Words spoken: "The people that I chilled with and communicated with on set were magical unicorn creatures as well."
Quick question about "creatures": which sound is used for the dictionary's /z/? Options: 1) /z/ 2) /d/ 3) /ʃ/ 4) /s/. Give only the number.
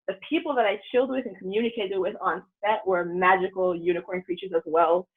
1